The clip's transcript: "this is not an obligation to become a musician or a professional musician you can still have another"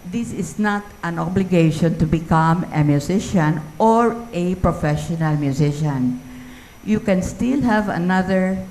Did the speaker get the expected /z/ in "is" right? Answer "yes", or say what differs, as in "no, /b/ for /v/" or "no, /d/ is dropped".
no, /s/ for /z/